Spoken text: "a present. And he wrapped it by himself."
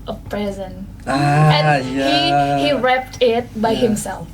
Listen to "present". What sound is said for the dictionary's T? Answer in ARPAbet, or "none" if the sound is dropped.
none